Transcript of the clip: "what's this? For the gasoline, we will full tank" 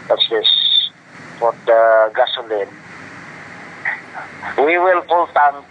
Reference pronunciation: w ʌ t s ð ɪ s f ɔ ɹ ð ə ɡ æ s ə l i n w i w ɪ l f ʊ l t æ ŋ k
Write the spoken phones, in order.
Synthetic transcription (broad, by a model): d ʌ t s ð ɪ s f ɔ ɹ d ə ɡ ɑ s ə l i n w i w ɪ l p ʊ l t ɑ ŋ